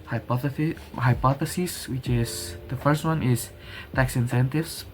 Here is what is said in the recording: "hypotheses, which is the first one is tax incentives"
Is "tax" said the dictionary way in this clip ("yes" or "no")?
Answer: yes